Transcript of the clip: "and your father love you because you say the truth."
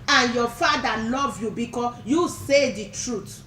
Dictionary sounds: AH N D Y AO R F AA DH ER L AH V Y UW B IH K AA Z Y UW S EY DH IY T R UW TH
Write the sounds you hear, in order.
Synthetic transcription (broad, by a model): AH N Y AO F AA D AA L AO V Y UW B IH K AA Y UW S EY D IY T R UW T